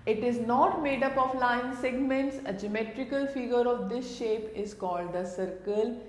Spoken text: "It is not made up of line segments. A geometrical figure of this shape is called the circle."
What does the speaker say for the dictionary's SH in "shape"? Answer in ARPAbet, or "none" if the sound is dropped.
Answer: SH